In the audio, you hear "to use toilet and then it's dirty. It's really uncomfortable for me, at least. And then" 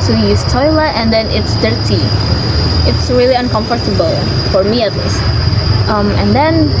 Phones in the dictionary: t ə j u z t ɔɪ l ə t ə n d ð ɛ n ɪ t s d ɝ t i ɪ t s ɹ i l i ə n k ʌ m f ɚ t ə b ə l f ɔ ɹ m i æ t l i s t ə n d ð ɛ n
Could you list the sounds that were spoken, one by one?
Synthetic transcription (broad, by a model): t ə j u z t ɔɪ l ə t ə n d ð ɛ n ɪ t s d ɝ t i ɪ t s ɹ i l i ə n k ʌ m f ɚ t ə b ə l f ɔ ɹ m i æ t l i s t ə n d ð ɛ n